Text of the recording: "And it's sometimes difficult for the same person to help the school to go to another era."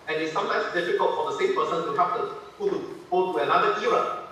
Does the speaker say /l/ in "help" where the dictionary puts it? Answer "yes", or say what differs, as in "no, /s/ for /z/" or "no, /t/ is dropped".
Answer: no, /l/ is dropped